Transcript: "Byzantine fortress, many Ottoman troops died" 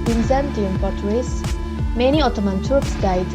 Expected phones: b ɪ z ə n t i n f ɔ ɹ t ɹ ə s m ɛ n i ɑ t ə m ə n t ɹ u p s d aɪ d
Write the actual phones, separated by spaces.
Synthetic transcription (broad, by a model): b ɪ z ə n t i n p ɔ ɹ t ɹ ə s m ɛ n i ɑ t ə m ə n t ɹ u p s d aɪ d